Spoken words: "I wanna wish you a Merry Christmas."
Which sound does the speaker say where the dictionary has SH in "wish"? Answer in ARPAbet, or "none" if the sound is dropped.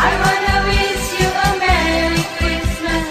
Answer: S